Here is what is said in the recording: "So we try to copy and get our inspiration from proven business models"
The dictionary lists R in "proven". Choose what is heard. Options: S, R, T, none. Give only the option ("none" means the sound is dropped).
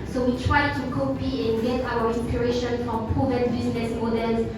none